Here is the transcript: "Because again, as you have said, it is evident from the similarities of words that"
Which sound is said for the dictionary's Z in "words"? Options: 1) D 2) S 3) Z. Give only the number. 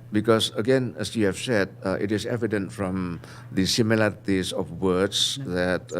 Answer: 2